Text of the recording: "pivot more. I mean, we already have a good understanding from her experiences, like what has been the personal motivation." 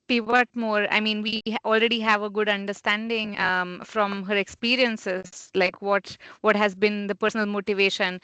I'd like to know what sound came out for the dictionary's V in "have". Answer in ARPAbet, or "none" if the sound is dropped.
V